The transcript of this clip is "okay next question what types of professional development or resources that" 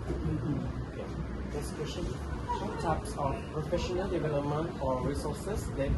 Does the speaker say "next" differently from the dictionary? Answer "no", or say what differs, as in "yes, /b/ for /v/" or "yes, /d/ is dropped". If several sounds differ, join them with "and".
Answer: yes, /k/ is dropped